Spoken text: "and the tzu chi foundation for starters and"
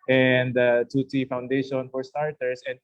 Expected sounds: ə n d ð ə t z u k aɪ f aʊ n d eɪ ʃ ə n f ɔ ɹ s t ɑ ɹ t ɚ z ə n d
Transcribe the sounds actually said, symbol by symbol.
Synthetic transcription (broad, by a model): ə n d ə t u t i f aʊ n d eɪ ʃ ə n f ɔ ɹ s t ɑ ɹ t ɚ s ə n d